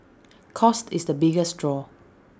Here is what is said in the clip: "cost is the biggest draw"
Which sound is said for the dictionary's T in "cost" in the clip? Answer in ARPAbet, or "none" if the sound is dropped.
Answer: T